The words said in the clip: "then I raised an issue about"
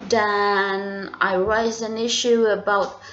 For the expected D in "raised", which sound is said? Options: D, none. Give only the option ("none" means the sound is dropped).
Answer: none